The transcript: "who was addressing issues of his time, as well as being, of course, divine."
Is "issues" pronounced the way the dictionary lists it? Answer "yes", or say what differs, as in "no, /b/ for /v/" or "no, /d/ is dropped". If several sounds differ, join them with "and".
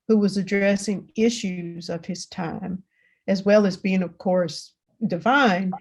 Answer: yes